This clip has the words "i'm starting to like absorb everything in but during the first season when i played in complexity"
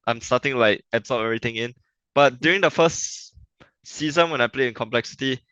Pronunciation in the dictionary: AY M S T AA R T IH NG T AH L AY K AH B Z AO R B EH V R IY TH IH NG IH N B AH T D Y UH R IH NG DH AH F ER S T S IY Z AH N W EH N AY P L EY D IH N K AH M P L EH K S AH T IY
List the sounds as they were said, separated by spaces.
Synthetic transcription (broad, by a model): AY M S T AA T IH NG L AY K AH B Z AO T EH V R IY T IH NG IH N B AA T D Y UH R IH NG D AH F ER S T S IY Z AH N W EH N AY P L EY IH N K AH M P L EH K S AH T IY